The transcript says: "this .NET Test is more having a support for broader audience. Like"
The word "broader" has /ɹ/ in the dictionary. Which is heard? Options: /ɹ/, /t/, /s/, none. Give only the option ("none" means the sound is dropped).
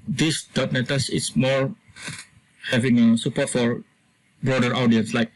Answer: /ɹ/